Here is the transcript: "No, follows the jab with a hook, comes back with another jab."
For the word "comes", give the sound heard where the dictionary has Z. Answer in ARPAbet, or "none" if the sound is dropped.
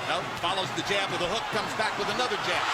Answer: Z